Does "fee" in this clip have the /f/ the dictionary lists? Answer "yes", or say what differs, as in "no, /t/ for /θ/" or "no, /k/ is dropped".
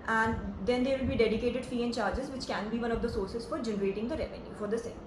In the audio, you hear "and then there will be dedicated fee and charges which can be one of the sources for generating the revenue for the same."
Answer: yes